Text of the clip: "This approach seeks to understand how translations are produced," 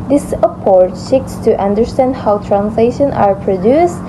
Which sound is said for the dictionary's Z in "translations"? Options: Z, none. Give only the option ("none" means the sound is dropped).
none